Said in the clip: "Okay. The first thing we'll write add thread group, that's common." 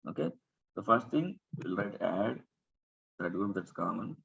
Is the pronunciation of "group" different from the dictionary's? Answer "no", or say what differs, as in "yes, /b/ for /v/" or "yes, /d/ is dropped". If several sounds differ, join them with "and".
yes, /ɹ/ is dropped